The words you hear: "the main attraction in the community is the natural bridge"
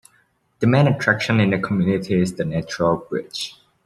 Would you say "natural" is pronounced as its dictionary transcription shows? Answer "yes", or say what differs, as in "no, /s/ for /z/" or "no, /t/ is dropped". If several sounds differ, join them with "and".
yes